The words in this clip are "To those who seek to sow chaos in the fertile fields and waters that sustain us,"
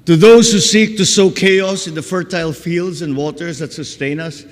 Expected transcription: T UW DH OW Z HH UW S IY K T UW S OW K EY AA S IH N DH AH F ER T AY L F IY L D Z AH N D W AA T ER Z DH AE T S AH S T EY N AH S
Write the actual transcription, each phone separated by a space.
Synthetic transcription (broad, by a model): T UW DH OW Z HH UW S IY K T UW S OW K EY AA S IH N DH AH F ER T AY L F IY L D Z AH N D W AA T ER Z DH AE T S AH S T EY N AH S